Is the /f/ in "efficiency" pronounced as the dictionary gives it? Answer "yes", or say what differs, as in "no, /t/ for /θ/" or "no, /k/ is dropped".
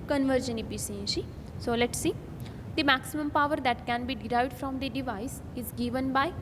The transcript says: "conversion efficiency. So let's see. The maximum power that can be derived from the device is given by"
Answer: no, /p/ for /f/